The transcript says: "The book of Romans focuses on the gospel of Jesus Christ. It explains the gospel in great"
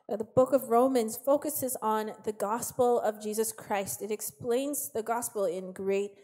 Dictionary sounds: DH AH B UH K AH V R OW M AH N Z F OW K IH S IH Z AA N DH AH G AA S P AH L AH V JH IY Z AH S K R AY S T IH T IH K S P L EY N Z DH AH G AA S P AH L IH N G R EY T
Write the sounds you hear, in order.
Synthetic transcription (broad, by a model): DH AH B UH K AH V R OW M AH N Z F OW K IH S IH Z N DH AH G AA S P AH L AH V JH IY Z AH S K R AY S T IH T IH K S P L EY N Z DH AH G AA S P L IH N G R EY T